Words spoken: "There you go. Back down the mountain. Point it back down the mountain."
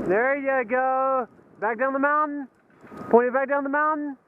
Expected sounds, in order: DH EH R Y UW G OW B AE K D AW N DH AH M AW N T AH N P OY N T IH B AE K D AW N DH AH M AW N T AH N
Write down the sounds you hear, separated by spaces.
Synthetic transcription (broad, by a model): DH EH R Y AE G OW B AE K D AW N DH AH M AW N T N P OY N IH B AE K D AW N DH AH M AW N N